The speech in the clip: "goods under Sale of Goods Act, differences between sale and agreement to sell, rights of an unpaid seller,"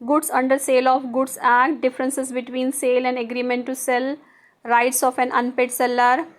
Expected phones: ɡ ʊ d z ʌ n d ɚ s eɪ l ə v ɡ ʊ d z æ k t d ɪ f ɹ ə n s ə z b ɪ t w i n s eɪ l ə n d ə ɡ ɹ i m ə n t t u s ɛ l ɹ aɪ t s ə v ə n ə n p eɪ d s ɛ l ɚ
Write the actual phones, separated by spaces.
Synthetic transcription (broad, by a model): ɡ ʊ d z ʌ n d ɚ s eɪ l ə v ɡ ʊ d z æ k t d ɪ f ɹ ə n s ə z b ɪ t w i n s eɪ l ə n d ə ɡ ɹ i m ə n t t u s ɛ l ɹ aɪ t s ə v ə n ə n p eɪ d s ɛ l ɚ